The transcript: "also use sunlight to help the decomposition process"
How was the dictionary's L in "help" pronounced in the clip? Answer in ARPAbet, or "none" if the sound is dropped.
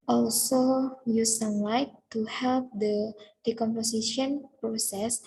L